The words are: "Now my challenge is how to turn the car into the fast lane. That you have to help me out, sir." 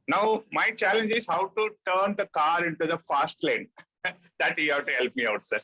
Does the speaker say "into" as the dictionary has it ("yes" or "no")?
yes